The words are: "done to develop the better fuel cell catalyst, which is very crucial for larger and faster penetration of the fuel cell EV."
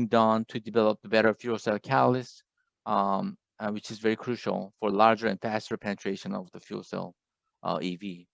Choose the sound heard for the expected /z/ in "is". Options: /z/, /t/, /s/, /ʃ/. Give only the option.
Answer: /z/